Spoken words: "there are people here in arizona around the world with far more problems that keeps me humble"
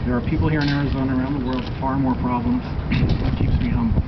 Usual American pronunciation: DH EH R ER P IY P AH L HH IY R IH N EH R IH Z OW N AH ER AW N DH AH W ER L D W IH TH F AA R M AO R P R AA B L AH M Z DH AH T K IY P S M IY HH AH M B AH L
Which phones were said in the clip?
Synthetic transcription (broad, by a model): DH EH R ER P IY P L HH IY R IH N EH R IH Z OW N AH ER AW N DH AH W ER D F AA R M AO R P R AA B L AH M Z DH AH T K IY P S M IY HH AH M B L